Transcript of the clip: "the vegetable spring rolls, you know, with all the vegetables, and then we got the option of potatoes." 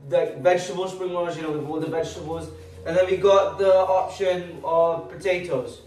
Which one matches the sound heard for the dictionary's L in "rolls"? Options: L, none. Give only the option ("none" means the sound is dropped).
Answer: none